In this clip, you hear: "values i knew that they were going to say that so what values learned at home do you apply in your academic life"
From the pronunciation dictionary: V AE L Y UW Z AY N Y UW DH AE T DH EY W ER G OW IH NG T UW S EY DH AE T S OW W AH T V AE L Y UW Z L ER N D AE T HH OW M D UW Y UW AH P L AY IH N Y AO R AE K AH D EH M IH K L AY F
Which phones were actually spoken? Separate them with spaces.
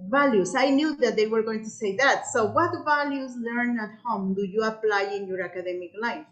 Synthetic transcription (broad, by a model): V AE L Y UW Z AY N Y UW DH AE T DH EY W ER G OW IH NG T UW S EY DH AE T S OW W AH T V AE L Y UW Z L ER N AE T HH OW M D UW Y UW AH P L AY IH N Y AO R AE K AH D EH M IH K L AY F